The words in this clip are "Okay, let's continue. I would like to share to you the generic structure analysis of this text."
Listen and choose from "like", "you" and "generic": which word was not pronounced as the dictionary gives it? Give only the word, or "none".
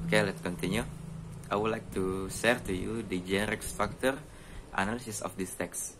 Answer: none